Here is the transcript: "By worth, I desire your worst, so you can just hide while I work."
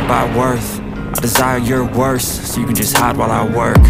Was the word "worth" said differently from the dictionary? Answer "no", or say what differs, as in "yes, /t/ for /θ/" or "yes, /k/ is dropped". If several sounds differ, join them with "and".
no